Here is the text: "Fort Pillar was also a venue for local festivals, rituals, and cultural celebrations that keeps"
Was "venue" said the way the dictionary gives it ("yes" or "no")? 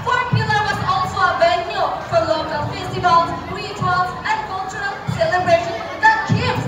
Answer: no